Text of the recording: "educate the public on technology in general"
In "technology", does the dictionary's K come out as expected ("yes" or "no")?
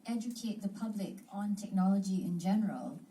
yes